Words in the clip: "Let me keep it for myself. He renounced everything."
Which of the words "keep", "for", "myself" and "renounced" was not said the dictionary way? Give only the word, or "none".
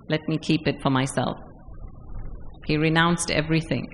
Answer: none